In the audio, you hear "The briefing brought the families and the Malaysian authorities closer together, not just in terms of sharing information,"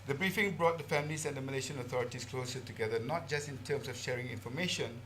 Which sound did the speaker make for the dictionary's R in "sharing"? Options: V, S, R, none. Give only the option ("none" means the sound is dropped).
R